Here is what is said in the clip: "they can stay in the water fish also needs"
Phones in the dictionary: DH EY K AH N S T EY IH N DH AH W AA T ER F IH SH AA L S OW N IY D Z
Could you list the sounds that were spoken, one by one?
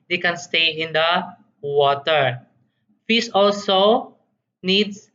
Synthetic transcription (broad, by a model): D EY K AH N S T EY IH N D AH W AA T ER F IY S AA L S OW N IY D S